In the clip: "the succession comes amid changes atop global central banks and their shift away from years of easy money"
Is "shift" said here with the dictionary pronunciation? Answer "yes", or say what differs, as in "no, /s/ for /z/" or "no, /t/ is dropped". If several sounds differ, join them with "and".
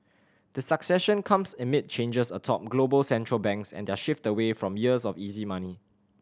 yes